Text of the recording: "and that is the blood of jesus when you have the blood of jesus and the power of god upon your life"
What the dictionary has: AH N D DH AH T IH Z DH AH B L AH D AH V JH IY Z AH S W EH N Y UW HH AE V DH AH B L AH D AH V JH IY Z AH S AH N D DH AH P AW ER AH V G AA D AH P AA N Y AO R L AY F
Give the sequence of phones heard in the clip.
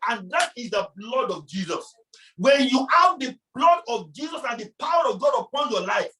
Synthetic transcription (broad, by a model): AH N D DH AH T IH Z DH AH B L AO D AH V JH IY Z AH S W EH N Y UW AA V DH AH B L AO D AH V JH IY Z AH S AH N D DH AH P AW ER AH V G AA D AH P AA N Y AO L AY F